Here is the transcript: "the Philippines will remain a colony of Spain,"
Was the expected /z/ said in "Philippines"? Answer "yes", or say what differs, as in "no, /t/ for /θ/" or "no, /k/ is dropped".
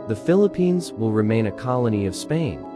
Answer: yes